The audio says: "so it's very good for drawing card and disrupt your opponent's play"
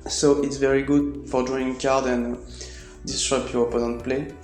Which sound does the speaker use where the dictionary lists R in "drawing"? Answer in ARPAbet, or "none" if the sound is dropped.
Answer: none